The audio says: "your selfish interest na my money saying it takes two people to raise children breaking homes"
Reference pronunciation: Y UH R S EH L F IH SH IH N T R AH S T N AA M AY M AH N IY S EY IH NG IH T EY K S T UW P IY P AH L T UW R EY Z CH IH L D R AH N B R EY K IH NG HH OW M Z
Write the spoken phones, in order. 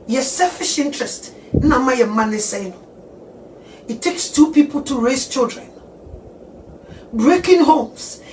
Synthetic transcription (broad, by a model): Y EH S EH L F IH SH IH N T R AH S T N AA M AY M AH N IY S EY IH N IH T EY K S T UW P IY P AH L T UW R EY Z CH IH L D R AH N B R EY K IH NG HH OW M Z